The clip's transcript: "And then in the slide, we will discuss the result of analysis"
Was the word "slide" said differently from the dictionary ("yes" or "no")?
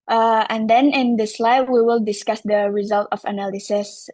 no